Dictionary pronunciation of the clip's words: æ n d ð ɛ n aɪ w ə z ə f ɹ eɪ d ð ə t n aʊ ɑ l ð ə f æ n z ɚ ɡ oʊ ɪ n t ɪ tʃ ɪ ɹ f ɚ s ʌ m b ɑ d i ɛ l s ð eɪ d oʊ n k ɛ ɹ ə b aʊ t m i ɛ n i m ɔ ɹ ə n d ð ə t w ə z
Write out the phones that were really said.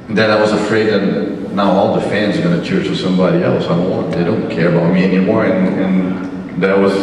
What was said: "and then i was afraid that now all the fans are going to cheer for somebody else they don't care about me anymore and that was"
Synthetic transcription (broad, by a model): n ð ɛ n aɪ w ə z ə f ɹ eɪ d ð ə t n aʊ ɑ l ð ə f æ n z ɚ ɡ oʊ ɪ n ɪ tʃ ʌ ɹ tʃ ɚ s ʌ m b ɑ d i ɛ l s ð eɪ d oʊ n k ɛ ɹ ə b aʊ t m i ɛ n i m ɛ ɹ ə n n ð ə t w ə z